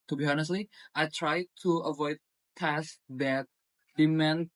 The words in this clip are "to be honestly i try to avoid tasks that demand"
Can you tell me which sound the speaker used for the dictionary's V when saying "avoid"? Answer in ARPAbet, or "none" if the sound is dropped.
V